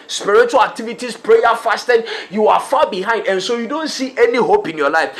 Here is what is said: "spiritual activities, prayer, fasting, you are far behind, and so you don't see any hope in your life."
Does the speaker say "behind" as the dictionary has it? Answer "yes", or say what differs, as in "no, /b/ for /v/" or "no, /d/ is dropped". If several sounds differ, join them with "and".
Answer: yes